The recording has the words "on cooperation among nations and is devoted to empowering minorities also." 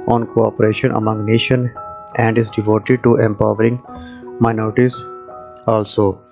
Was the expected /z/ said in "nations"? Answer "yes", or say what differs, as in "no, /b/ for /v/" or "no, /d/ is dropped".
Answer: no, /z/ is dropped